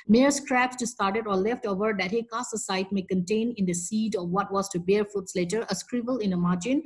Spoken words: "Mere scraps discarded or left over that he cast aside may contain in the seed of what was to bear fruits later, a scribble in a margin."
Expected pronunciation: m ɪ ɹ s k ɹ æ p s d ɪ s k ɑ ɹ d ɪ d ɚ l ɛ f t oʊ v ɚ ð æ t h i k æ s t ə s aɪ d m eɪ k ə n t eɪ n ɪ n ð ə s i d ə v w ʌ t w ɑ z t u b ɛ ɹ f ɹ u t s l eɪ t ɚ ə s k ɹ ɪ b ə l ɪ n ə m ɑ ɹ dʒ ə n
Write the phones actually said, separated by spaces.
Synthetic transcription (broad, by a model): m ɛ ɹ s k ɹ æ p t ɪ s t ɑ ɹ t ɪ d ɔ l ɛ f t oʊ v ɚ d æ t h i k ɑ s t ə s aɪ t m eɪ k ə n t eɪ n ɪ n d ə s i d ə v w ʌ t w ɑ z t u b ɛ ɹ f u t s l eɪ t ɚ ə s k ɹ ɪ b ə l ɪ n ə m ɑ ɹ dʒ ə n